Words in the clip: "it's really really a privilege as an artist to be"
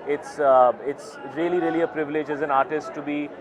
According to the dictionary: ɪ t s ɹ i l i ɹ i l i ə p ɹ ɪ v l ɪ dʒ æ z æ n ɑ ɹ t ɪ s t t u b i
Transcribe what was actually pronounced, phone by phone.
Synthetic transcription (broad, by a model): ɪ t s ɹ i l i ɹ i l i ə p ɹ ɪ v l ɪ dʒ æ z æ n ɑ ɹ t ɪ s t t u b i